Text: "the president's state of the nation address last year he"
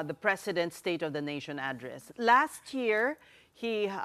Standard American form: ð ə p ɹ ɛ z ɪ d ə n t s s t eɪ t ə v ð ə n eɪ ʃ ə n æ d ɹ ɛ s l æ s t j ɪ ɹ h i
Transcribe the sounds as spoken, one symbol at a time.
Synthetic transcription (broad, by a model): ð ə p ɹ ɛ s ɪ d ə n t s s t eɪ t ə v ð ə n eɪ ʃ ə n æ d ɹ ɛ s l æ s t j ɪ ɹ h i